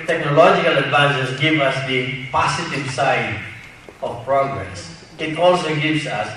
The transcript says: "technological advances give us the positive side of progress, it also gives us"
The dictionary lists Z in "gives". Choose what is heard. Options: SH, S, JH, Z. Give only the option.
S